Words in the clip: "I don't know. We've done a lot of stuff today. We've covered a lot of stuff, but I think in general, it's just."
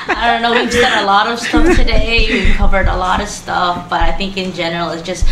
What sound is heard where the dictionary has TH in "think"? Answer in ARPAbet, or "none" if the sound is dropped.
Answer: TH